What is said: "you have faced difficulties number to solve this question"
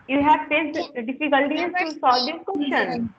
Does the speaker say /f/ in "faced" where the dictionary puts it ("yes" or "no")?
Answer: no